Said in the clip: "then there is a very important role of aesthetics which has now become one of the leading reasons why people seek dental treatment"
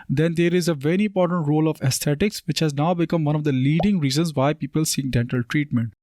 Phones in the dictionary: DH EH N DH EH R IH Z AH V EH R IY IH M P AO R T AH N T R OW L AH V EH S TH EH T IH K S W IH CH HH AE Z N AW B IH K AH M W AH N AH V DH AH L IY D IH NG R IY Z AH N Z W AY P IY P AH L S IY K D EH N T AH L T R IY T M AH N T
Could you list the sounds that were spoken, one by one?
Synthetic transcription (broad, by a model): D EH N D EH R IH Z AH V EH R IY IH M P AO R T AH N T R OW L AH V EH S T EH T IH K S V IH CH HH AE Z N AW B IH K AH M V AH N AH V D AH L IY D IH NG R IY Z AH N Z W AY P IY P AH L S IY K D EH N T AH L T R IY T M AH N T